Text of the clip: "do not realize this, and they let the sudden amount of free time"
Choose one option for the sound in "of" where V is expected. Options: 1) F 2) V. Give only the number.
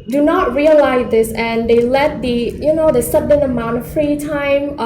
1